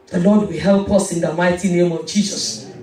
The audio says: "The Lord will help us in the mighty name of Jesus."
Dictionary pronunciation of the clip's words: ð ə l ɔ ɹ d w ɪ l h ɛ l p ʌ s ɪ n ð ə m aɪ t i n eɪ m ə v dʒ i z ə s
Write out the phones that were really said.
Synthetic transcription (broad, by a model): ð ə l ɔ d w ɪ l h ɛ l p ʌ s ɪ n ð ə m aɪ t i n eɪ m ə v dʒ i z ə s